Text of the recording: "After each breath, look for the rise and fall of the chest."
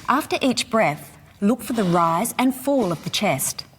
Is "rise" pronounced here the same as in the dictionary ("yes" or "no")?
yes